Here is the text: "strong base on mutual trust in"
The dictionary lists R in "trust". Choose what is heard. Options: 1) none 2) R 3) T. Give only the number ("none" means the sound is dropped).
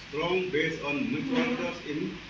1